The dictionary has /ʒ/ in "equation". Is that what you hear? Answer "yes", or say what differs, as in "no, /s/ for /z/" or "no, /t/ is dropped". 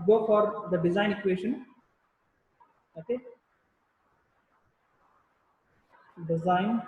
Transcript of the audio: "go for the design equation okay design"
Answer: no, /ʃ/ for /ʒ/